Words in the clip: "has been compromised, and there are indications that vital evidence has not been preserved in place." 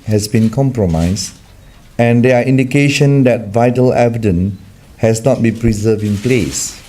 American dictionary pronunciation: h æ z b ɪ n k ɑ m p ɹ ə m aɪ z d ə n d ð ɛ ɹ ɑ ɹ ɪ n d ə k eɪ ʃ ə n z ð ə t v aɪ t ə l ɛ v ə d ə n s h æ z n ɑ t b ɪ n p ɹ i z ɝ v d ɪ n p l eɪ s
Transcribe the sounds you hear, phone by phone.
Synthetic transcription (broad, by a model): h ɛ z b ɪ n k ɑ m p ɹ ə m aɪ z ə n d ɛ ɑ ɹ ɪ n d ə k eɪ ʃ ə n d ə t v aɪ t ə l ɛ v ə d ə n h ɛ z n ɑ t b ɪ n p ɹ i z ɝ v ɪ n p l eɪ s